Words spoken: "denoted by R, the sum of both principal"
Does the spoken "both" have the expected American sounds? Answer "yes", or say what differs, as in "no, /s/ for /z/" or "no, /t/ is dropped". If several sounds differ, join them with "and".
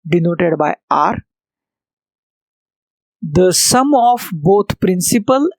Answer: no, /t/ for /θ/